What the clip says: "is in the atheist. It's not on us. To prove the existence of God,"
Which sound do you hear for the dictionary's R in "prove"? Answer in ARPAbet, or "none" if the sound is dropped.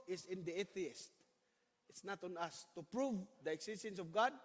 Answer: R